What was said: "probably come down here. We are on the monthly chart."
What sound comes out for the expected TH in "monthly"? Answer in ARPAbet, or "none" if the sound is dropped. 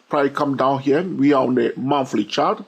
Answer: F